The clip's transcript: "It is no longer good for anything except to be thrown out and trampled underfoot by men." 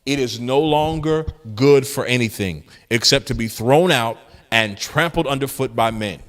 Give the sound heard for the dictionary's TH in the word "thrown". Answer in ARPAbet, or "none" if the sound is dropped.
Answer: TH